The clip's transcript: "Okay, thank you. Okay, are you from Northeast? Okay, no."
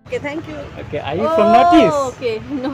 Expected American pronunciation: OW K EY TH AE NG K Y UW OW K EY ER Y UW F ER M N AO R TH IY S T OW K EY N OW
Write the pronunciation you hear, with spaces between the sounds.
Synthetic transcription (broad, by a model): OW K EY T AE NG K Y UW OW K EY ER Y UW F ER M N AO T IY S OW K EY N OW